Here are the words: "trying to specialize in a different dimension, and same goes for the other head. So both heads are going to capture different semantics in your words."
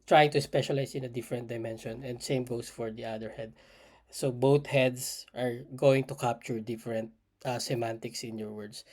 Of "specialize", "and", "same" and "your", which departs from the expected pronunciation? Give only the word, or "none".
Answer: specialize